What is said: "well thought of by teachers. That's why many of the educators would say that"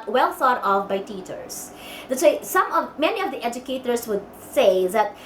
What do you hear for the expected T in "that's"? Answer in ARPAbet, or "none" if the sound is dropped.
S